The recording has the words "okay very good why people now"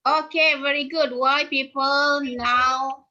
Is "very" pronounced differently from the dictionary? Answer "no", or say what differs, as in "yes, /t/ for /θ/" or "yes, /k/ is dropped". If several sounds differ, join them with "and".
no